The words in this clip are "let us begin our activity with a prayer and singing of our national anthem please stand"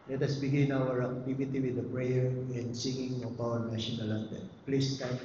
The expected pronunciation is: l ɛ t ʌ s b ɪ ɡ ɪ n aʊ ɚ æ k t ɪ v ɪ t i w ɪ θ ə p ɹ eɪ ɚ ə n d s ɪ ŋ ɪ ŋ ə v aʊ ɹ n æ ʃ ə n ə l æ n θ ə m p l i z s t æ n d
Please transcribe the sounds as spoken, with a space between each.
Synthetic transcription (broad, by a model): l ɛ t ʌ s b ɪ ɡ ɪ n aʊ ɚ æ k t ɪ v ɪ t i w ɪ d ə p ɹ eɪ ɚ ə n d s ɪ ŋ ɪ ŋ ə p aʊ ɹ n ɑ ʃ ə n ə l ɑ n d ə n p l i s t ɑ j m